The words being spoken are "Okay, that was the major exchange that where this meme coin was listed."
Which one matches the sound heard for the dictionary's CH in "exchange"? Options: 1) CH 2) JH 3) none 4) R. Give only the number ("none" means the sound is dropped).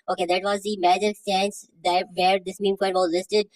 3